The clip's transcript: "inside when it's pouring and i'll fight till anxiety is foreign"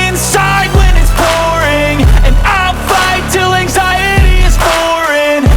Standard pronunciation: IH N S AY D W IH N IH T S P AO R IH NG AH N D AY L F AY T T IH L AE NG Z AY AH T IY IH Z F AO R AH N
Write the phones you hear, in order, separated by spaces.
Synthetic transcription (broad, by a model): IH N S AY D W IH N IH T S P AO R IH NG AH N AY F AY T T IH L AE NG Z AY AH T IY IH Z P AO R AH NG